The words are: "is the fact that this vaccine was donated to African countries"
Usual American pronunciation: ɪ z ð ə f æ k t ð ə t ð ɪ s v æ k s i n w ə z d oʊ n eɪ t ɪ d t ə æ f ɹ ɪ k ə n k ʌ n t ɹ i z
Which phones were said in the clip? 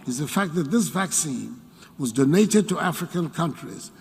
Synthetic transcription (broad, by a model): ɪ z ð ə f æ k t ð ə t ð ɪ s v æ k s i n w ə z d oʊ n eɪ t ɪ d t ə æ f ɹ ɪ k ə n k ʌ n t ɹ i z